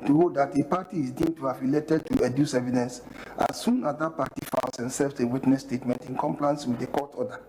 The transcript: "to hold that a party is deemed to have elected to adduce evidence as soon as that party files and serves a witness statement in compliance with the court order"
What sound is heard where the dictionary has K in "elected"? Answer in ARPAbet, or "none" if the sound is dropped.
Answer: none